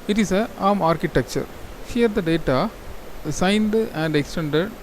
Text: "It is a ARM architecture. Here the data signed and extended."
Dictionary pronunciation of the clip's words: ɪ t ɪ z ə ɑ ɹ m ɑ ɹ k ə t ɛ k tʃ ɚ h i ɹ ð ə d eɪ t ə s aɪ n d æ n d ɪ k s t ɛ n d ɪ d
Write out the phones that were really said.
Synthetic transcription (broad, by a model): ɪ t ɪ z ə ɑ m ɑ ɹ k ə t ɛ k tʃ ɚ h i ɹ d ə d eɪ t ə s aɪ n d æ n d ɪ k s t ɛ n d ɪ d